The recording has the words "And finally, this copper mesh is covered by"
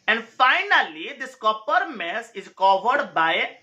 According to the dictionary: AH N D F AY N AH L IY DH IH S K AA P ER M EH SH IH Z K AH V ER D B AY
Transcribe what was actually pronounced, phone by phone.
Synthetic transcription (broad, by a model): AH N D F AY N AH L IY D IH S K AA P ER M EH S IH Z K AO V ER D B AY